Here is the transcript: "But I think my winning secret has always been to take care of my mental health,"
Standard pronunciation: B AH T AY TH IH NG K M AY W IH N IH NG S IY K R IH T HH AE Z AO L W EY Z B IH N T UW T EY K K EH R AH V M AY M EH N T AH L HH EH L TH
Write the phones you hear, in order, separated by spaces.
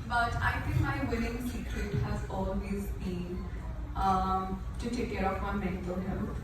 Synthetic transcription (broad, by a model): B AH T AY T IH NG K M AY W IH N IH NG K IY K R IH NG HH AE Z AO L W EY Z B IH N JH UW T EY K K EH R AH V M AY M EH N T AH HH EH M